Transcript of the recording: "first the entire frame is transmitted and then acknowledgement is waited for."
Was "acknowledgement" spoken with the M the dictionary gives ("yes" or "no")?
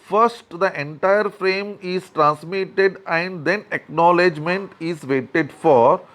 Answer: yes